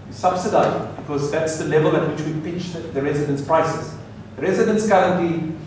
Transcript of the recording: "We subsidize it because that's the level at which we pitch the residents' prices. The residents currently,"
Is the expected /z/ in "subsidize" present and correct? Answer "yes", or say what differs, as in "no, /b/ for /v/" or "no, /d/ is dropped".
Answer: no, /z/ is dropped